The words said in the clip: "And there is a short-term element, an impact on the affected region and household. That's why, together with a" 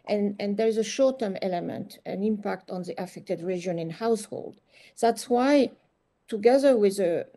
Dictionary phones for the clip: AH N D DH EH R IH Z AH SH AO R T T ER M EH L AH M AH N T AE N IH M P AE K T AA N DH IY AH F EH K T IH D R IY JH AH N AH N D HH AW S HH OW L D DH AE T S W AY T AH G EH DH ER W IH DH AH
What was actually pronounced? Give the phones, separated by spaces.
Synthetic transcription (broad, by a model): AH N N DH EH R IH Z AH SH AO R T T ER M EH L AH M AH N T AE N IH M P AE K T AA N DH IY AH F EH K T IH D R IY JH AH N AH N HH AW S HH OW L D DH AE T S W AY T AH G EH DH ER W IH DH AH